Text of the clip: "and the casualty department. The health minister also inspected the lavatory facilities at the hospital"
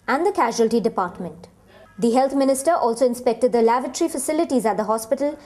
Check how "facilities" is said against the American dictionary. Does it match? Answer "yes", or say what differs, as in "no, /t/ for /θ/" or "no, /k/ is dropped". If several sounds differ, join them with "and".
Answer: yes